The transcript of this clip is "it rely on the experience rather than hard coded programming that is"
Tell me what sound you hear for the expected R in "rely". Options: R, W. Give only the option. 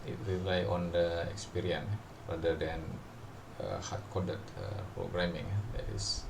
R